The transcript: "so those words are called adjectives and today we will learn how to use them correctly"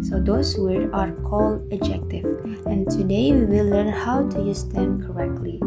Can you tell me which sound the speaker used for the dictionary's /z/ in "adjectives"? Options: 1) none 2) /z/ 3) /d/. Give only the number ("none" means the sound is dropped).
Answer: 1